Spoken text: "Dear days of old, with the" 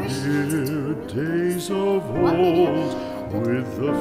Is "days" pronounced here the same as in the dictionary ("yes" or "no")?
yes